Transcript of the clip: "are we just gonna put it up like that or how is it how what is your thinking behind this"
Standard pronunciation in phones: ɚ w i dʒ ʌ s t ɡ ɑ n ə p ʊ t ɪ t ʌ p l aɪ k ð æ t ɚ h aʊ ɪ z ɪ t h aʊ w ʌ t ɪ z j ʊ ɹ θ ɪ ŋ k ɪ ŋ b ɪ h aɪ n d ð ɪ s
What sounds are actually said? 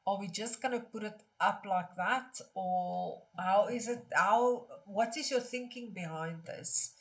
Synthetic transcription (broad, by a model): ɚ w i dʒ ʌ s t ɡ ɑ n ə p ʊ t ɪ t ʌ p l aɪ k ð æ t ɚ h aʊ ɪ z ɪ t h aʊ w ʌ t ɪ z j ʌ θ ɪ ŋ k ɪ ŋ b ɪ h aɪ n d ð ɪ s